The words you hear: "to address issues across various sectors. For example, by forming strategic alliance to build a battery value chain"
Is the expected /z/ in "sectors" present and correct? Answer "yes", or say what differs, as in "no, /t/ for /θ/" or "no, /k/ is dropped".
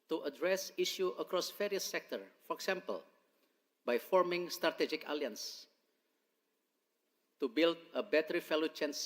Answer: no, /z/ is dropped